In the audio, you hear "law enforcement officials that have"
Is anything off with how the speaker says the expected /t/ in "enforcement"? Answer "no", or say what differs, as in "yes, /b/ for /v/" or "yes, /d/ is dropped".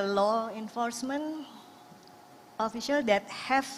yes, /t/ is dropped